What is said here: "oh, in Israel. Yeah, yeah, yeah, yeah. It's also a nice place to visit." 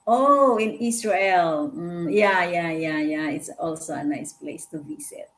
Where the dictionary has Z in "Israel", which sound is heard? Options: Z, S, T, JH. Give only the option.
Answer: S